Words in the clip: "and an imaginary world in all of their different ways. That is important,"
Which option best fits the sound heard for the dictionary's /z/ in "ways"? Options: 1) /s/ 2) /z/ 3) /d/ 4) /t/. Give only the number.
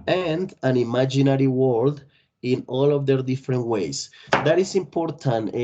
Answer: 1